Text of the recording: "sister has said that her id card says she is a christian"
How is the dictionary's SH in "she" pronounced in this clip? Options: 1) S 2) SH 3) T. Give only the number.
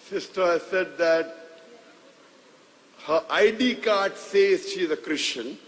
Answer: 2